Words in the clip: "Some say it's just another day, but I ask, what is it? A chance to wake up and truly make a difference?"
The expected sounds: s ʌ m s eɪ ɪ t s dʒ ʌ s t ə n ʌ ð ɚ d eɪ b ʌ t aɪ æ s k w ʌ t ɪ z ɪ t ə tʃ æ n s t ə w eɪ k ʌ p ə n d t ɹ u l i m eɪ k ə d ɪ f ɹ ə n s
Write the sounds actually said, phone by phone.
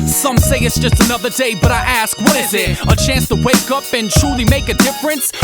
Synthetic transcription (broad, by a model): s ʌ m s eɪ ɪ t s dʒ ʌ s t ə n ʌ ð ɚ d eɪ b ʌ t aɪ æ s k w ʌ t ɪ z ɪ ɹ ə tʃ æ n s t ə w eɪ k ʌ p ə n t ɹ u l i m eɪ k ə d ɪ f ɹ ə n s